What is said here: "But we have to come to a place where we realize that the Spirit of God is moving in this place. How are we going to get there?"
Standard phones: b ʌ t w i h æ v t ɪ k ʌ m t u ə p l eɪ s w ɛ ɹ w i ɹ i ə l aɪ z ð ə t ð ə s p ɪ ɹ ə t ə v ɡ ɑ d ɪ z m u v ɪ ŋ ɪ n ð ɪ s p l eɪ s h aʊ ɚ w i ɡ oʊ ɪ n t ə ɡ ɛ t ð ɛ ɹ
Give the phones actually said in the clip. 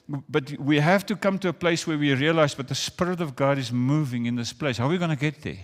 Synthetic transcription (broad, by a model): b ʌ t w i h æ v t ɪ k ʌ m t u ə p l eɪ s w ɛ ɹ w i ɹ i ə l aɪ z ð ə t ð ə s p ɪ ɹ ə t ə v ɡ ɑ d ɪ z m u v ɪ ŋ ɪ n ð ɪ s p l eɪ s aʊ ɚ w i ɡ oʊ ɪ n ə ɡ ɛ t ð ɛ ɹ